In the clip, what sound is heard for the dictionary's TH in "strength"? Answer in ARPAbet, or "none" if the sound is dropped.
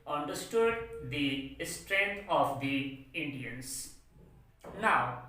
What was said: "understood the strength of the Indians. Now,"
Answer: T